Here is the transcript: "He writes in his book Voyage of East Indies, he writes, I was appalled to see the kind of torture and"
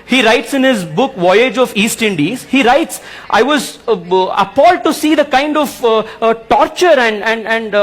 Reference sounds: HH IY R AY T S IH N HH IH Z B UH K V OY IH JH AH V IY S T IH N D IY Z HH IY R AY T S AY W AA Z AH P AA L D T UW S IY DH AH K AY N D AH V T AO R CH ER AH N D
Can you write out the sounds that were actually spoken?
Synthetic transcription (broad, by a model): HH IY R AY T S IH N HH IH Z B UH K V OY IH JH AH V IY S T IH N D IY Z HH IY R AY T S AY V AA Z AH P AA L D T UW S IY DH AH K AY N D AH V T AO R CH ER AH N D